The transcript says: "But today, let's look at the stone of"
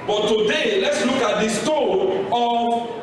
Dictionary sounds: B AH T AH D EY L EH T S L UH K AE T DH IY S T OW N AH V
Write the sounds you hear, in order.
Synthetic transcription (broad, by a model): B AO T AH D EY L EH T S L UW K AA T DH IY S T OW AH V